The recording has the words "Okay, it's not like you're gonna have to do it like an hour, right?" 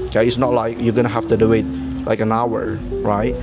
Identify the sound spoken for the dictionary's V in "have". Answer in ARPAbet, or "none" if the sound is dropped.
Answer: F